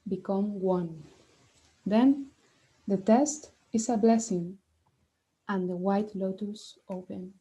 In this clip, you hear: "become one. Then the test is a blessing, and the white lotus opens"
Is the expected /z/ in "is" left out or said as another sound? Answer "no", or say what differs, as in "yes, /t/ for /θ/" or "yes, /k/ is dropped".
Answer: yes, /s/ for /z/